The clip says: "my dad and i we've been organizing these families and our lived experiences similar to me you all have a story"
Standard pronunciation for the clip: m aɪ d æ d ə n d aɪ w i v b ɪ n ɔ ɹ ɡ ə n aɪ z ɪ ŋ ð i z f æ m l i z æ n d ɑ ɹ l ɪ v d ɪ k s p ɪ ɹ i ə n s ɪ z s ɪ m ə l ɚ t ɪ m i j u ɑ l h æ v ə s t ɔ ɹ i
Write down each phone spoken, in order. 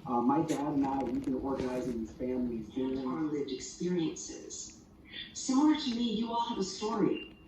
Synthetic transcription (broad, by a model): m aɪ d æ d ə n aɪ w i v b ɪ n ɔ ɹ ɡ ə n aɪ z ɪ ŋ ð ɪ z f æ m l i z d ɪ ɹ l ɪ v d ɪ k s p ɪ ɹ i ə n s ɪ z s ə ɚ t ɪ m i j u ɑ l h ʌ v ə s t ɔ ɹ i